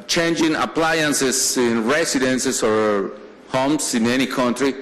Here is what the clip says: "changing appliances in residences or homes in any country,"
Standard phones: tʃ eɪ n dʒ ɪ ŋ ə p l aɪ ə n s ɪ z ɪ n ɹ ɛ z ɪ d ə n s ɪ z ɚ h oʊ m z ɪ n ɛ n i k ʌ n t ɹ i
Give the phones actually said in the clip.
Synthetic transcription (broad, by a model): tʃ eɪ n dʒ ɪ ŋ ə p l aɪ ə n s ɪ s ɪ n ɹ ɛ s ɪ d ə n s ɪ s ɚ h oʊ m s ɪ n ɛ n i k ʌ n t ɹ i